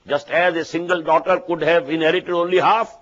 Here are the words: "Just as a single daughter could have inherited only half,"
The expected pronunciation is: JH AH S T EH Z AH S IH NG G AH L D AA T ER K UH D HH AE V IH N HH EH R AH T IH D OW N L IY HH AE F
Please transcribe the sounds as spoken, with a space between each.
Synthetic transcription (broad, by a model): JH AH S T EH Z AH S IH NG G AH L D AA T ER K UH D HH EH V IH N HH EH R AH T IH D OW N L IY HH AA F